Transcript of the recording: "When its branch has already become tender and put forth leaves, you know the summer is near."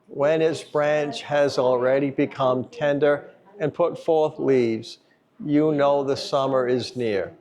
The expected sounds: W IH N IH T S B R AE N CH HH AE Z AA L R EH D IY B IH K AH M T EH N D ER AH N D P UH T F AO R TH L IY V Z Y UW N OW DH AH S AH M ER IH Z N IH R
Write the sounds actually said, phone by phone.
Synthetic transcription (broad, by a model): W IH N IH T S B R AE N CH HH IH Z L R EH D IY B IH K AH M T EH N D ER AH N P UH T F AO R TH L IY V Z Y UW N OW DH AH S AH M ER IH Z N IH R